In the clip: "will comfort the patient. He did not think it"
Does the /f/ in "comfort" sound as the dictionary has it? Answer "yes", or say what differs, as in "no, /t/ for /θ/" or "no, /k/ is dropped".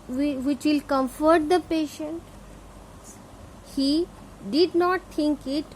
yes